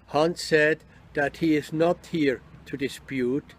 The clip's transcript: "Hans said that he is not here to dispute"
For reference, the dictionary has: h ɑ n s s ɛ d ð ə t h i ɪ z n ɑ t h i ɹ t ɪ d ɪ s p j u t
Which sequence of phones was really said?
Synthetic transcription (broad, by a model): h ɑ n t s ɛ d ð ə t h i ɪ z n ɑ t h i ɹ t ɪ d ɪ s p j u t